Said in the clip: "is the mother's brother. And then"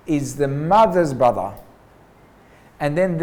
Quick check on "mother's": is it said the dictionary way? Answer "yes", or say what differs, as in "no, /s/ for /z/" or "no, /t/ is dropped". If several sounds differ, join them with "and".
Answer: yes